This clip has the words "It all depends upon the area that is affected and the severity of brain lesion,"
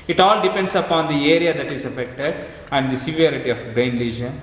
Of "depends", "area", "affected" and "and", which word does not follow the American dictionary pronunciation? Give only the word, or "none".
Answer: depends